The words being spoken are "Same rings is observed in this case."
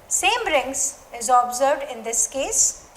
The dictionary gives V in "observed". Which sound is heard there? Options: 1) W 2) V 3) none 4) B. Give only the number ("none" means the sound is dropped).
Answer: 3